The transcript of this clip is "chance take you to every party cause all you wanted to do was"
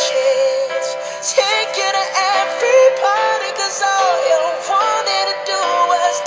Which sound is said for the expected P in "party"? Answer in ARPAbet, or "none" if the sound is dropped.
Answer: B